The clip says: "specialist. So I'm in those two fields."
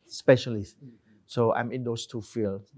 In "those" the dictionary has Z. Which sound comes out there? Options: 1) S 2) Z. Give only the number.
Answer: 1